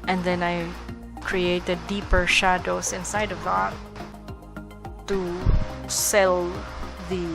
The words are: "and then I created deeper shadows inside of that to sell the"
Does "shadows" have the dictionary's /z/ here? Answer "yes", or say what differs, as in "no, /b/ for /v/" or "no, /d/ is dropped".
no, /s/ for /z/